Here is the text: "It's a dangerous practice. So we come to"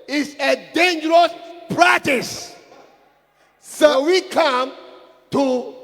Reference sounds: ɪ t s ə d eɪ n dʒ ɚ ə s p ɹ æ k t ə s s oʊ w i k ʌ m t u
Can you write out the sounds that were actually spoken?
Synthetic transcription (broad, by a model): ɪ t s ə d eɪ n dʒ ɚ ə s p ɹ æ k t ə s s oʊ w i k ʌ m t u